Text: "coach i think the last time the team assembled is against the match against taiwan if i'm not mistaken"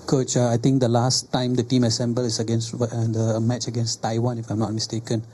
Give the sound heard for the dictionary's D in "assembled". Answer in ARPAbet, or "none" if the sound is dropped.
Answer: none